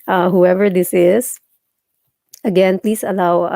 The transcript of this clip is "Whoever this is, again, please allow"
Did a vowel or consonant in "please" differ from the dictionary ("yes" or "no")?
yes